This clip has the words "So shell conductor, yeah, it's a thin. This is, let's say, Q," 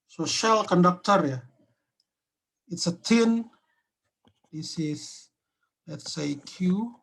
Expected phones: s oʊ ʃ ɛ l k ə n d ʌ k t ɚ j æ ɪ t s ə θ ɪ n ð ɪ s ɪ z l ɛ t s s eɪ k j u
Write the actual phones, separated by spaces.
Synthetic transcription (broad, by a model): s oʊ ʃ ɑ l k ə n d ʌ k t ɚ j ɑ ɪ t s ə t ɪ n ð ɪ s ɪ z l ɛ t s s eɪ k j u